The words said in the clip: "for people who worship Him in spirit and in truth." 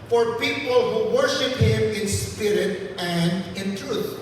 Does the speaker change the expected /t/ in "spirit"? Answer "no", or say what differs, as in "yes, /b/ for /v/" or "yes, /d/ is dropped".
no